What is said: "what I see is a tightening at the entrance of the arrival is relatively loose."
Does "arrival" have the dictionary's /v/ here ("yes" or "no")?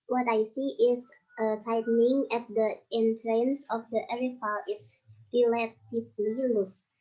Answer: no